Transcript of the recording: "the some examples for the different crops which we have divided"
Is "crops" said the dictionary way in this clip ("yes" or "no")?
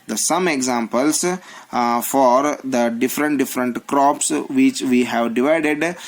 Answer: yes